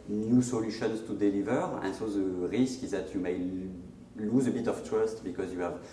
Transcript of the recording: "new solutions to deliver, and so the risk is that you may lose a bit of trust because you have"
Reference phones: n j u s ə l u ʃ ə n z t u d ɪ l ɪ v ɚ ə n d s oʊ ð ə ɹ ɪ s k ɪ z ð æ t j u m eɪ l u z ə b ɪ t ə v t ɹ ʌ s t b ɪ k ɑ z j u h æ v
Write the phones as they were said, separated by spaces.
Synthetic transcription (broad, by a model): n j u s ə l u ʃ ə n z t u d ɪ l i v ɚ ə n s oʊ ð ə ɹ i s k ɪ z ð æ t j u m eɪ l u z ə b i t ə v t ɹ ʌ s t b ɪ k ɑ z j u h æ v